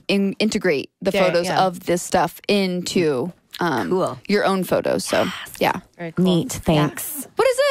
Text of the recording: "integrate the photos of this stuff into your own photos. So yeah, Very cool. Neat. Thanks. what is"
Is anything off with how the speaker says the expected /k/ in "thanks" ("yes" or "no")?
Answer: no